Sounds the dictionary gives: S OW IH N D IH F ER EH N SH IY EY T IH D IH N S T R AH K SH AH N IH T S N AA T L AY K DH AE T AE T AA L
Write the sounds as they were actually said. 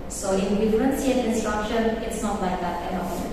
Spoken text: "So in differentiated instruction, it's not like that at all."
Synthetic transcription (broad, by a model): S OW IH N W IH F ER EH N S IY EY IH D IH N S T R AH K SH AH N IH T S N AA T L AY K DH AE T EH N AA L